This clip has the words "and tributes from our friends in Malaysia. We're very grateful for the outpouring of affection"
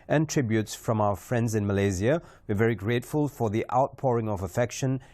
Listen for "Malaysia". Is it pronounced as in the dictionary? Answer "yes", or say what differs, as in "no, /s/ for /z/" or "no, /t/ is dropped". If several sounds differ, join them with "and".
no, /z/ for /ʒ/